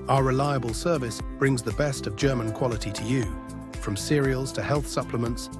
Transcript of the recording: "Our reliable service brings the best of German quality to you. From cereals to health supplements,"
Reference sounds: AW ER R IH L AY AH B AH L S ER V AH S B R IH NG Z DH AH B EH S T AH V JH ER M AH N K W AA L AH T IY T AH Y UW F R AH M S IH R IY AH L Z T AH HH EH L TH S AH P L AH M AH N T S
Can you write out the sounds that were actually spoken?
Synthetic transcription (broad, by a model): AW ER R IH L AY AH B AH L S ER V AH S B R IH NG Z DH AH B EH S T AH V JH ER M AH N K W AA L AH T IY T AH Y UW F R AH M S IH R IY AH L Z T AH HH EH L TH S AH P L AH M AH N T S